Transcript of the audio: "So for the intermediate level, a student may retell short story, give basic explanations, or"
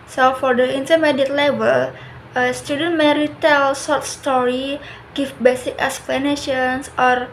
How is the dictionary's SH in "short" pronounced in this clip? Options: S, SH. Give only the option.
S